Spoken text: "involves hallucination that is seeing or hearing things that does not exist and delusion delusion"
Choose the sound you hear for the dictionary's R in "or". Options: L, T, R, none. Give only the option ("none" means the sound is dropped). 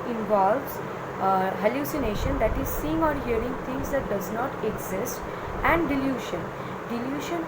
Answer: R